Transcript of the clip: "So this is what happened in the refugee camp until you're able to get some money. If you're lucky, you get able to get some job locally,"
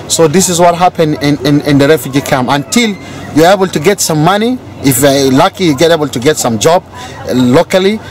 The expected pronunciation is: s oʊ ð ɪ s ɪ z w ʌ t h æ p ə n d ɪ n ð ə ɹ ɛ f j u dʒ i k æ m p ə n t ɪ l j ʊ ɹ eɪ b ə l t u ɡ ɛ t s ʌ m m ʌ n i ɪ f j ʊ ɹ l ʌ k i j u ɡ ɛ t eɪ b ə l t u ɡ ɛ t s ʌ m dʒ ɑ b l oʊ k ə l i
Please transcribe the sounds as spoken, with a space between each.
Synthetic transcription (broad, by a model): s oʊ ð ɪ s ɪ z w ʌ t h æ p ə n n ɪ n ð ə ɹ ɛ f j u dʒ i k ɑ m ə n t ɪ l j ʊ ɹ eɪ b ə l t u ɡ ɛ t s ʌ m m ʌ n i ɪ f l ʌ k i j u ɡ ɛ t eɪ b ə l t u ɡ ɛ t s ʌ m dʒ ɑ b l oʊ k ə l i